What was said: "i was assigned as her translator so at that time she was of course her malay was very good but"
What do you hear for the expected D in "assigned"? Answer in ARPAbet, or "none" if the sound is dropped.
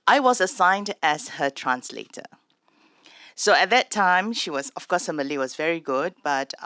D